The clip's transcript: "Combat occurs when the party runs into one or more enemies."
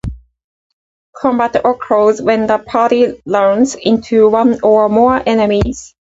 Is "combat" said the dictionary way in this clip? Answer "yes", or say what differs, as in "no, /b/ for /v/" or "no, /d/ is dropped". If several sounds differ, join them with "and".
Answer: yes